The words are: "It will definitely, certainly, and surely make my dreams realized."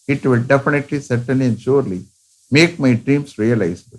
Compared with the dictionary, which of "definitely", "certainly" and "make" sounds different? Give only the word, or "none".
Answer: certainly